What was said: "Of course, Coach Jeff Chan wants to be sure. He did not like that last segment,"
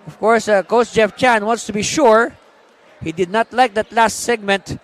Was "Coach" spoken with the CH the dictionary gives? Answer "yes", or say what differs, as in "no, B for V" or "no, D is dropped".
no, S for CH